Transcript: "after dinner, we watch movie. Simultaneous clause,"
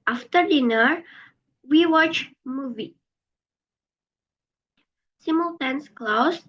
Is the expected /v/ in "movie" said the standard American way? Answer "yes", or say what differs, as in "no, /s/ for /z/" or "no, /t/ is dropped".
yes